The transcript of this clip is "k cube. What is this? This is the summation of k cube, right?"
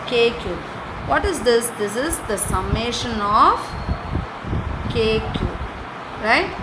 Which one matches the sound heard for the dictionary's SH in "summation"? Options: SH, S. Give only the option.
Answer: SH